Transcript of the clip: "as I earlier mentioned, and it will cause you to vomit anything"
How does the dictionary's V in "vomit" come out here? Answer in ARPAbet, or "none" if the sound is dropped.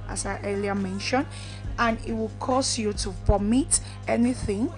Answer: P